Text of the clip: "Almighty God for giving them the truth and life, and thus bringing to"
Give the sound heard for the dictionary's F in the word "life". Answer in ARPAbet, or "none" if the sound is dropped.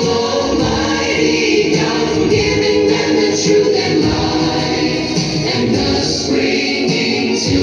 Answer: none